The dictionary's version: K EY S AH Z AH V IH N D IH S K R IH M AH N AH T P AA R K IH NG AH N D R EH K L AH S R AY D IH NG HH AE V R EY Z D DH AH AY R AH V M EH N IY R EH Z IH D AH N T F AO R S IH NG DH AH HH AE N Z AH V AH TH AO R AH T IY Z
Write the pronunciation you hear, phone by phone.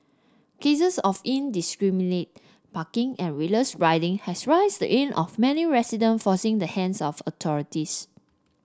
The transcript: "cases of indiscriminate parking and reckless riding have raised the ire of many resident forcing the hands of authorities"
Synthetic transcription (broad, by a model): K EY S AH S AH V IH N D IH S K R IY M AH N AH T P AA K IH NG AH N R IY L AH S R AY D IH NG HH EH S R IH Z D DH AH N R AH F M EH N IY R EH S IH D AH N F AO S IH NG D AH HH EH N S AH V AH T AO R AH T IY S